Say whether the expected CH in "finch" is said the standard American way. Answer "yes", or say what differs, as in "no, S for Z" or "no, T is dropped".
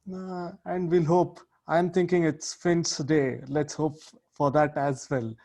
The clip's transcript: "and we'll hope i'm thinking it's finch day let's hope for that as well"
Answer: no, S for CH